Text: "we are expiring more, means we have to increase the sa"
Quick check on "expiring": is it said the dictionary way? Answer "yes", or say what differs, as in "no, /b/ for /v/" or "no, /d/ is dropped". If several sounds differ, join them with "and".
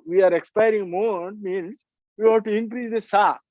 yes